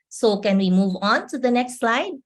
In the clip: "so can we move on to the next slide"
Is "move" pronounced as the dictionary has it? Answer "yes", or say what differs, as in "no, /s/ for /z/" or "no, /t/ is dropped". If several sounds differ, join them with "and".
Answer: yes